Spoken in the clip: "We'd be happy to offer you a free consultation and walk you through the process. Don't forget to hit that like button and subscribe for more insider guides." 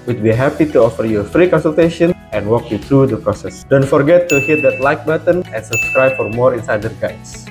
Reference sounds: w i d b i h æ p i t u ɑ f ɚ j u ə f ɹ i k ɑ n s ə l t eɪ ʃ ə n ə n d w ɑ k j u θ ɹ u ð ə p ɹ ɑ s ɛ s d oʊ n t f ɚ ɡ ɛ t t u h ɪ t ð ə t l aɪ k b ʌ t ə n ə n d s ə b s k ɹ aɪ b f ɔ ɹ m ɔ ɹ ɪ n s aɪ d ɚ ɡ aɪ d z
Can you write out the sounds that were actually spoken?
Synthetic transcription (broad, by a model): w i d b i h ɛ p i t u ɑ f ɚ j u f ɹ i k ɑ n s ə l t eɪ ʃ ə n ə n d w ɑ k j u t ɹ u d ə p ɹ ɑ s ɛ s d oʊ n t f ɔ ɡ ɛ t t u h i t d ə t l aɪ k b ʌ t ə n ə n s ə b s k ɹ aɪ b f ɔ ɹ m ɔ ɹ ɪ n s aɪ d ɚ ɡ aɪ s